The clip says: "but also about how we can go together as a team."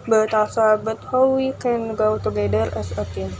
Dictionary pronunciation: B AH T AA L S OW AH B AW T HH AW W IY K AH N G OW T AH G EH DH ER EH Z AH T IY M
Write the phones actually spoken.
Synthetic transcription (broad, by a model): B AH T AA S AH B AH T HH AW W IY K AH N G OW T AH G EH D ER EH S AH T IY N